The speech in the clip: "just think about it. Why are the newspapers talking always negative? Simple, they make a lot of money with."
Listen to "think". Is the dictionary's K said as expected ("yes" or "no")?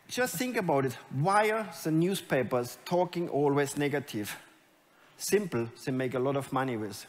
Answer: yes